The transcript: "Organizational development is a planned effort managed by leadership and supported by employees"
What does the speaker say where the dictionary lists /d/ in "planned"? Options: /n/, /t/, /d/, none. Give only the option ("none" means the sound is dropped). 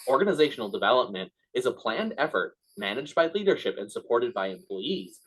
/d/